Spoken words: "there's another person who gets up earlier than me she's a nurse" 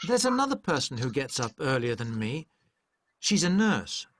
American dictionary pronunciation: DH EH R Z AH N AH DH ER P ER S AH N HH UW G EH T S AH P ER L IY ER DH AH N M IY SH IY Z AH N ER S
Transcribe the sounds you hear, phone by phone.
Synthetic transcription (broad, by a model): DH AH R Z AH N AH DH ER P ER S N HH UW G EH T S AH P ER L IY ER DH AH N M IY SH IY Z AH N ER S